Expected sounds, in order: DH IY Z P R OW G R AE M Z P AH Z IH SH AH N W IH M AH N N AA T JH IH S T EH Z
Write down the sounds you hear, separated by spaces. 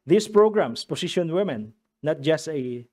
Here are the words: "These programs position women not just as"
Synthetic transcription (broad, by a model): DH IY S P R OW G R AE M S P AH S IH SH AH N W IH M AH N N AA T JH IH S T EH